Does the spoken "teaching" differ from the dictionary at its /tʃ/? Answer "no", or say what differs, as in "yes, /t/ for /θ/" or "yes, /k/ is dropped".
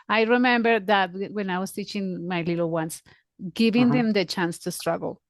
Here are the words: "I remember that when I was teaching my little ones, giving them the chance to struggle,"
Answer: no